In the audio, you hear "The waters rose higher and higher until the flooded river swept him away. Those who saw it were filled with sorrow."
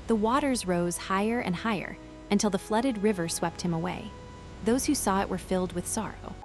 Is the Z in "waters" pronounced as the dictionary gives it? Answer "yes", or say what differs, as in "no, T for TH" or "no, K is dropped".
yes